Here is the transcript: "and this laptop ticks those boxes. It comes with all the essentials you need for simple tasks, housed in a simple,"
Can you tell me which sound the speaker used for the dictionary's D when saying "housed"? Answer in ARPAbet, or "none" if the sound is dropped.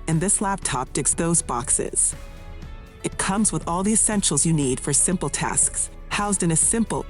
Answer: D